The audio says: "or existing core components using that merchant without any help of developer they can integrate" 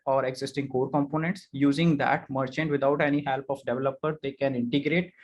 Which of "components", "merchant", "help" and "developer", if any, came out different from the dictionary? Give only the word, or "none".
none